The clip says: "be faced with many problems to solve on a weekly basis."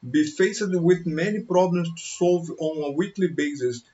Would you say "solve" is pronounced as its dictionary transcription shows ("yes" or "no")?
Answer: yes